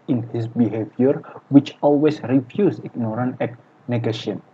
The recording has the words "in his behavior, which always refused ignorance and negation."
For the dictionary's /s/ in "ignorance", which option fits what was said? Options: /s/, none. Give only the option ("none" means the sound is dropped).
none